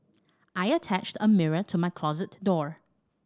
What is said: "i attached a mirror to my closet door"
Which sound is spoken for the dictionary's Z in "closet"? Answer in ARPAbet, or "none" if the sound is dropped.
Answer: Z